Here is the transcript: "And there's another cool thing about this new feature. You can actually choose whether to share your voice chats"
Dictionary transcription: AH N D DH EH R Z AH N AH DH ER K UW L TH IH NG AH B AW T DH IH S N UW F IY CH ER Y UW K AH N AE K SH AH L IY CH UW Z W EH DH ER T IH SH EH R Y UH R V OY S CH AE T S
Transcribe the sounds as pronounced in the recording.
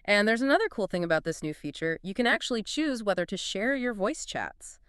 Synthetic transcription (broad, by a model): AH N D DH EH R Z AH N AH DH ER K UW L TH IH NG AH B AW T DH IH S N UW F IY CH ER Y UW K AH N AE K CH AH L IY CH UW Z W EH DH ER T IH SH EH R Y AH R V OY S CH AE T S